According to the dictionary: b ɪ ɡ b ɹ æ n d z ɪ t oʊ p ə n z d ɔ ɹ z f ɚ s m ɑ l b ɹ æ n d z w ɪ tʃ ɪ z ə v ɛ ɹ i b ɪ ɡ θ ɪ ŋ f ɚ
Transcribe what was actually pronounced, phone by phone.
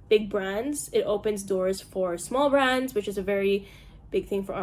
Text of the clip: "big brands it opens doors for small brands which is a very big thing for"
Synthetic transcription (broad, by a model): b ɪ ɡ b ɹ æ n d z ɪ t oʊ p ə n z d ɔ ɹ z f ɚ s m ɑ l b ɹ æ n d z w ɪ tʃ ɪ z ə v ɛ ɹ i b ɪ ɡ θ ɪ ŋ f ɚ